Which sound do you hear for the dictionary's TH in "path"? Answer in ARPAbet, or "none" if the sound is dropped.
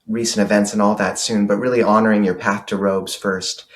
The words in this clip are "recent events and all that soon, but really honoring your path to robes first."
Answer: TH